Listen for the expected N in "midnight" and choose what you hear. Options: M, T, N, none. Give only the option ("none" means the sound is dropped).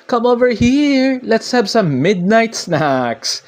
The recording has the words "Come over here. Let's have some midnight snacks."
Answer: N